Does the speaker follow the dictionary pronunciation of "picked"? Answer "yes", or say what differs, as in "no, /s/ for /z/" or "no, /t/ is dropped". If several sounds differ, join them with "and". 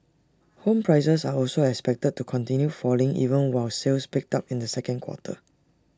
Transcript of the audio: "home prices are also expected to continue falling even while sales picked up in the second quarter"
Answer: yes